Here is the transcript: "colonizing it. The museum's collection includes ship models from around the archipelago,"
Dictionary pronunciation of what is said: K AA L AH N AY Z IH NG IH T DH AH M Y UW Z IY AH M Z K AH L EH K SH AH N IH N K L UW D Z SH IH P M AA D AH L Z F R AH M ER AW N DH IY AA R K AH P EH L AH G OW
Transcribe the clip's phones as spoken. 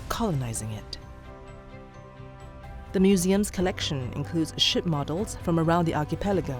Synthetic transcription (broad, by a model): K AA L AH N AY Z IH NG IH T DH AH M Y UW Z IY AH M Z K AH L EH K SH AH N IH N K L UW D Z SH IH P M AA D L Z F R AH M ER AW N DH IY AA R K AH P EH L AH G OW